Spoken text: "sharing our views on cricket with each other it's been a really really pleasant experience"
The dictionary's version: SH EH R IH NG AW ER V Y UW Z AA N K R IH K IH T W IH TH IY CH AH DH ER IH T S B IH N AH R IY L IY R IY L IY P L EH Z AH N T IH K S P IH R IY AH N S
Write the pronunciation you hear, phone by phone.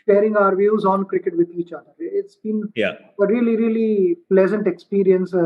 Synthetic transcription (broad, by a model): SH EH R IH NG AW ER V Y UW Z AA N K R IH K IH T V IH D IY CH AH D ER IH T S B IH N AH R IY L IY R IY L IY P L EH Z AH N T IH K S P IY R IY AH N S